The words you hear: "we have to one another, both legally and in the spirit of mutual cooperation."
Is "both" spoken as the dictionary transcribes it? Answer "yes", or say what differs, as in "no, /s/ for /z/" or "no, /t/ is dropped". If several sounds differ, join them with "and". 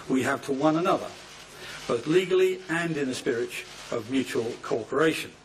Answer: yes